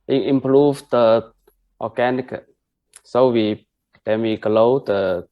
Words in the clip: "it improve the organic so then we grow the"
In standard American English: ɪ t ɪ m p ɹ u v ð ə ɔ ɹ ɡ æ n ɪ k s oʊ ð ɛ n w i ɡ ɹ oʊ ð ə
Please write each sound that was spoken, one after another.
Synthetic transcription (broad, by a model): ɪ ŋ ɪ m p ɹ u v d ə ɔ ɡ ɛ n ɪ k s oʊ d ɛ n w i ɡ l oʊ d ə